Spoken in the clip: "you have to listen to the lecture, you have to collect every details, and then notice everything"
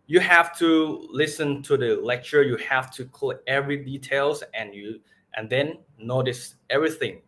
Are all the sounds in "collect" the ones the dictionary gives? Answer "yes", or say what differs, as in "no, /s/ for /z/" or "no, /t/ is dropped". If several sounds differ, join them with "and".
no, /t/ is dropped